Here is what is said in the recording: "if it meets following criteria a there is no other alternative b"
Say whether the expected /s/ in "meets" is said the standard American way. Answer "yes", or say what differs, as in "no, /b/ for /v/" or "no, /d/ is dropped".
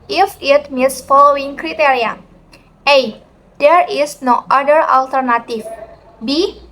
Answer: yes